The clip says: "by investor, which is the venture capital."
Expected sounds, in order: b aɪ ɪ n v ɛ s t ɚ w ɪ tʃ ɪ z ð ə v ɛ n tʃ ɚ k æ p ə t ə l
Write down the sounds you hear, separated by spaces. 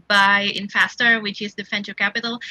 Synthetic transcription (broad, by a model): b aɪ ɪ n f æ s t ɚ w ɪ tʃ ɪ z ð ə f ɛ n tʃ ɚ k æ p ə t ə l